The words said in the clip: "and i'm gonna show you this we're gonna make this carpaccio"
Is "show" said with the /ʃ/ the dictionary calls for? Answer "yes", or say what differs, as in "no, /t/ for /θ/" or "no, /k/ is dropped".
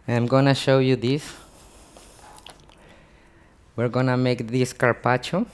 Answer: yes